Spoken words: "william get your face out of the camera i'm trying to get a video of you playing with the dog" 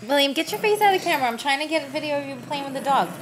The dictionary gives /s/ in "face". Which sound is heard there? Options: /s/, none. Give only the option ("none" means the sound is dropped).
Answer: none